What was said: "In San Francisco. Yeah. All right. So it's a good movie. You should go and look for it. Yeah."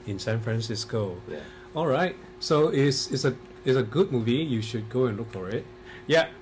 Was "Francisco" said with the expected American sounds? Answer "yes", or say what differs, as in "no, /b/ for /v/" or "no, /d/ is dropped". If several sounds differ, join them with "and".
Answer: yes